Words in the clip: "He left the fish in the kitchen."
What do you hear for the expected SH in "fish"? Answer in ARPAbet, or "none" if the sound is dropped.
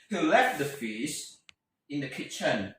S